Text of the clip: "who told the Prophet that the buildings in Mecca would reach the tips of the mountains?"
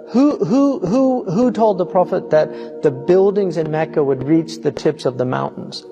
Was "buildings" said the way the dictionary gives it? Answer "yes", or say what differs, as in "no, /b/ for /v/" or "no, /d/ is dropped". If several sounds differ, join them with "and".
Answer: yes